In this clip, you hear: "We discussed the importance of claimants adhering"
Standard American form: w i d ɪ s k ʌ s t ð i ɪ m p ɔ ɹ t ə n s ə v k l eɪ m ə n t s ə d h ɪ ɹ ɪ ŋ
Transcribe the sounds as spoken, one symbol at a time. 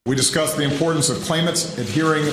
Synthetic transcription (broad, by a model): w i d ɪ s k ʌ s ð i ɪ m p ɔ ɹ t n s ə v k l eɪ m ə t s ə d h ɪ ɹ ɪ ŋ